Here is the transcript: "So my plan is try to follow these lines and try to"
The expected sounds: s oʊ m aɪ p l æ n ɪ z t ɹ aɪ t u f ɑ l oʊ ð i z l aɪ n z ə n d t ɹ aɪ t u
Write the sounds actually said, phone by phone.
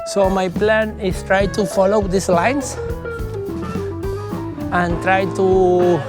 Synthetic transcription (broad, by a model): s oʊ m aɪ p l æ n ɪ s t ɹ aɪ t u f ɑ l oʊ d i s l aɪ n s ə n t ɹ aɪ t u